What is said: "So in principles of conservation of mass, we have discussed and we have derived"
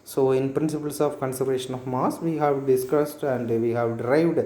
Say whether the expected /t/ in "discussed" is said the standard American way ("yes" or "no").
yes